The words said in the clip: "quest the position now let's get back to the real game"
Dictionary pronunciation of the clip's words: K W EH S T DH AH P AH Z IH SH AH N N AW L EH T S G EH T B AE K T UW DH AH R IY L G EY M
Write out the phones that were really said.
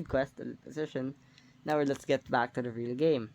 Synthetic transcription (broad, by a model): K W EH S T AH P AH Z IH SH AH N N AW L EH T S G EH T B AE K T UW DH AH R IY L G EY M